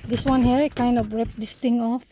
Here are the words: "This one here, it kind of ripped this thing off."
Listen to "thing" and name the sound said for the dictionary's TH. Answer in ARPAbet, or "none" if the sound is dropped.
T